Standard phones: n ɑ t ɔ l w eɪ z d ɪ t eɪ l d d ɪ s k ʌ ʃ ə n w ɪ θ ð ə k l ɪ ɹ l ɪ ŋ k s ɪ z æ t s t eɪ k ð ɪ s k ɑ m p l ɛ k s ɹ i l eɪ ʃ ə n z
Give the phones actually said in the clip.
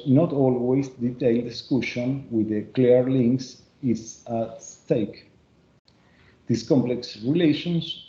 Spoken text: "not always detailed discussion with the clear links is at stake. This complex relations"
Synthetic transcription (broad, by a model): n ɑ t ɔ l w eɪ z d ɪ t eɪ l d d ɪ s k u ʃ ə n w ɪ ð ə k l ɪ ɹ l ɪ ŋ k s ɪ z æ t s t eɪ k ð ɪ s k ɑ m p l ɛ k s ɹ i l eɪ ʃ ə n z